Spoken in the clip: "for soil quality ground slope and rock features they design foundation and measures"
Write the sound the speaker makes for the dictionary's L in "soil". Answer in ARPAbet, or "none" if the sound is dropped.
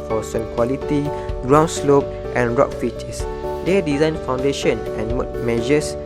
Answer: N